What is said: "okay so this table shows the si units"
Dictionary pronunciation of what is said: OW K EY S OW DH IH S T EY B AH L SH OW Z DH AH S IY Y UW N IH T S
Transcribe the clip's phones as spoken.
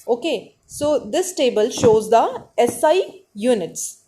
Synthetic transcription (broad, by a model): OW K EY S OW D IH S T EY B AH L SH OW Z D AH S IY Y UW N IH T S